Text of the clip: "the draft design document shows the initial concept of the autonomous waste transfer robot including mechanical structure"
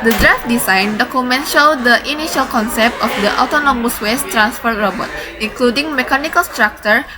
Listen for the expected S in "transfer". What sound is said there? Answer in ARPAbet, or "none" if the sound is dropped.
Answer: S